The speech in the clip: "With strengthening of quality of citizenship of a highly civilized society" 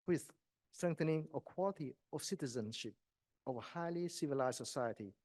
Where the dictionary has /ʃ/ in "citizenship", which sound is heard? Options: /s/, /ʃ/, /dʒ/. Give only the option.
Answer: /ʃ/